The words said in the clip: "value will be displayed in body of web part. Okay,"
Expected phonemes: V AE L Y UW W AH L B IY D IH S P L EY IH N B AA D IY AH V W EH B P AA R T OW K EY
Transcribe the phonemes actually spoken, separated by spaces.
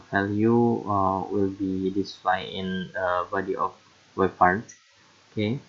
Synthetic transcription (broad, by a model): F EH L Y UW W AH L B IY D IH S L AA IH N B AA D IY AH F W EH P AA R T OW K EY